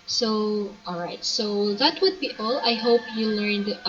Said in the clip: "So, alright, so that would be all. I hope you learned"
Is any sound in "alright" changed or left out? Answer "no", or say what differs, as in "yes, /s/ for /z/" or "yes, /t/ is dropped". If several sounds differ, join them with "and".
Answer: no